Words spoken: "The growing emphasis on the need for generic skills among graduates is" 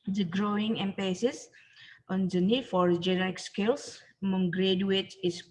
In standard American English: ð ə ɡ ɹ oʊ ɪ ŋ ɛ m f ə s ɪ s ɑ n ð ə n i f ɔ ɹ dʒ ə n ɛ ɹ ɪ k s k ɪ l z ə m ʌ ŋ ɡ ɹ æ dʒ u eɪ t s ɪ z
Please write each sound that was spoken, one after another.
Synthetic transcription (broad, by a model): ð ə ɡ ɹ oʊ ɪ ŋ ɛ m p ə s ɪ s ɑ n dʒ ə n i f ɔ ɹ dʒ ə n ɛ ɹ ɪ k s k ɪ l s m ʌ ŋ ɡ ɹ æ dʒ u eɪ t ɪ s